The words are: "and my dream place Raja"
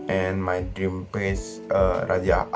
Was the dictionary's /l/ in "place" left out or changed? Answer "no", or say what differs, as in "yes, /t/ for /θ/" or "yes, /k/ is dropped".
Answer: yes, /l/ is dropped